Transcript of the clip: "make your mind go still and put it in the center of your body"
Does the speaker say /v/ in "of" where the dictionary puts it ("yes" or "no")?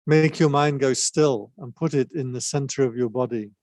yes